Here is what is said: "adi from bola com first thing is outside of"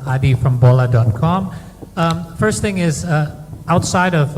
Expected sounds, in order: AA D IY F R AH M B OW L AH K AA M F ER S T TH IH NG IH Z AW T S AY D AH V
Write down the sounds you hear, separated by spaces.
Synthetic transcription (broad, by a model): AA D IY F R AH M B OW L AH K AA M F ER S T TH IH NG IH Z AW T S AY D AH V